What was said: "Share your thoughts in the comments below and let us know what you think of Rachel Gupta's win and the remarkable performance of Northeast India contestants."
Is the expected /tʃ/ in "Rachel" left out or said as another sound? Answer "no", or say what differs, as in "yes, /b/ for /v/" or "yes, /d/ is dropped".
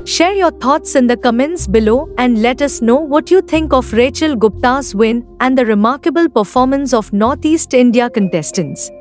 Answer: no